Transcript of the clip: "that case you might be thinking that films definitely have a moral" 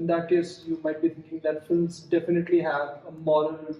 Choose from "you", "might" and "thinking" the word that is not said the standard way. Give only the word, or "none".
thinking